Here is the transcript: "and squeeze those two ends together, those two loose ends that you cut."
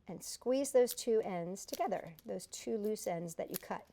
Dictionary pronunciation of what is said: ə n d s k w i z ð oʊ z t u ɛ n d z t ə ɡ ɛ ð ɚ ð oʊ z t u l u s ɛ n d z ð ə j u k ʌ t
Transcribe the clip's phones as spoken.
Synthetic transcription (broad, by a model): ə n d s k w i z ð oʊ z t u ɛ n d z t ə ɡ ɛ ð ɚ ð oʊ z t u l u s ɛ n d z ð ə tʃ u k ʌ t